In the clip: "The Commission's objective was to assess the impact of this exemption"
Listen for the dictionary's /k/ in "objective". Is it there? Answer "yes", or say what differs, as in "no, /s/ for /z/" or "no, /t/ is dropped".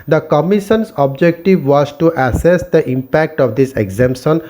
yes